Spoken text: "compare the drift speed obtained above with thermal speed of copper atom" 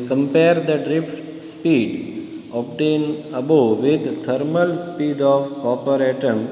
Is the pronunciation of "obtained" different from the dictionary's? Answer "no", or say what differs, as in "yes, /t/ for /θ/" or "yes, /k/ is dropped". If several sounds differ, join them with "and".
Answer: yes, /d/ is dropped